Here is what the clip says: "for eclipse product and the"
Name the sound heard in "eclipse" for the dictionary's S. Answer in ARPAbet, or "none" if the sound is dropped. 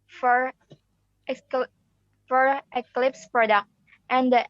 S